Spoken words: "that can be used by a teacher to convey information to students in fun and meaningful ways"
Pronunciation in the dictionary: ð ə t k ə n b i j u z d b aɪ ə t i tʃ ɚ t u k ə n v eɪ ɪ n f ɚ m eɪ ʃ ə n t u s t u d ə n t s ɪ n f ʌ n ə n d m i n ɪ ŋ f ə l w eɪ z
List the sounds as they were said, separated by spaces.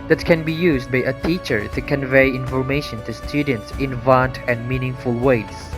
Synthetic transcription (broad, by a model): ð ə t k ə n b i j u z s b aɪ ə t i tʃ ɚ t u k ə n v eɪ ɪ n f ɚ m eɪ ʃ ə n t u s t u d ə n t s ɪ n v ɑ n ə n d m i n ɪ ŋ f ə l w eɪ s